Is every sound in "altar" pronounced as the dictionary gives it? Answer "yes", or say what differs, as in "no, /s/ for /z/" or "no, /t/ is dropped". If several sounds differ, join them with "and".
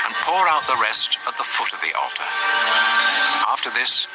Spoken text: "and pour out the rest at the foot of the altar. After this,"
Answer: yes